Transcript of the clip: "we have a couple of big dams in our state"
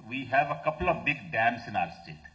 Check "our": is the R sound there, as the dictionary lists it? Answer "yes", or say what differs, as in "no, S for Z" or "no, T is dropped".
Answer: yes